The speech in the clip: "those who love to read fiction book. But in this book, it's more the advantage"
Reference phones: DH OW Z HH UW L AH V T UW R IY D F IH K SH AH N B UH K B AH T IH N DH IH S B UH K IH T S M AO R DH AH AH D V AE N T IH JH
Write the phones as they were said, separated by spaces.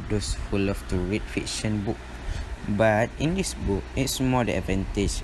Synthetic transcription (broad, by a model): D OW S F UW L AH F T UW R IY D F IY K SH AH N B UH K B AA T IH N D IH S B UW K IH T S M AO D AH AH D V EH N T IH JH